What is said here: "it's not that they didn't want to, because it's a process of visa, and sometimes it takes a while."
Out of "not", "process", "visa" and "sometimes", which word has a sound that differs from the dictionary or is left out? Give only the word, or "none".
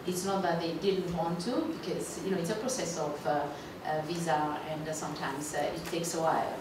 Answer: sometimes